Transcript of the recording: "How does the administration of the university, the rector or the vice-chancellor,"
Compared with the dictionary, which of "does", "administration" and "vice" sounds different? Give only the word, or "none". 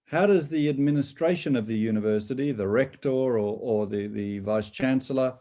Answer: none